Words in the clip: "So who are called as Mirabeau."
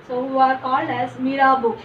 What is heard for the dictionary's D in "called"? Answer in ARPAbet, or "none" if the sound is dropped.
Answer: none